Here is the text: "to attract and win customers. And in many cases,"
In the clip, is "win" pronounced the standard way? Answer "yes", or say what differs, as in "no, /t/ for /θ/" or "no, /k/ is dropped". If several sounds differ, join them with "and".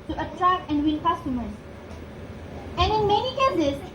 no, /l/ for /n/